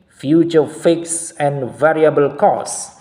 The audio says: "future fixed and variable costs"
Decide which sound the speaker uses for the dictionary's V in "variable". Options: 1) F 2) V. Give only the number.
2